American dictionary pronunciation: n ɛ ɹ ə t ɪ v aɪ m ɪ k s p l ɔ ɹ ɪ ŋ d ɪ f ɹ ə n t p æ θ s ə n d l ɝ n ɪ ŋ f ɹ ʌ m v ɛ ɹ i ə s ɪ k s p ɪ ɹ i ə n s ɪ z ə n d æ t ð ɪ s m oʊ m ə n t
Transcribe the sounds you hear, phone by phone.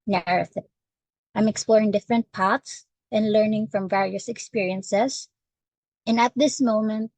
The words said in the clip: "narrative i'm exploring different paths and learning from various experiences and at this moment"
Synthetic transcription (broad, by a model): n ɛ ɹ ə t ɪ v aɪ m ɪ k s p l ɔ ɹ ɪ ŋ d ɪ f ɹ ə n t p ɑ t s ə n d l ɝ n ɪ ŋ f ɹ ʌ m v ɛ ɹ i ə s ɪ k s p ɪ ɹ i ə n s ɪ s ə n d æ t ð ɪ s m oʊ m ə n t